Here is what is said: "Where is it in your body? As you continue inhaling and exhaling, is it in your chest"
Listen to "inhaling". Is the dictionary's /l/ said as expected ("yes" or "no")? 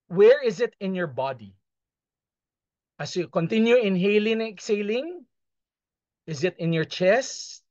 yes